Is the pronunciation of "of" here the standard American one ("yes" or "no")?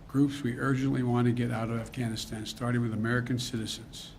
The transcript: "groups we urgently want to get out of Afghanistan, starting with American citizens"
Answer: yes